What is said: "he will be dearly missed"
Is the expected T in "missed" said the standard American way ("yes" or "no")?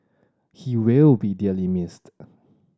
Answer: yes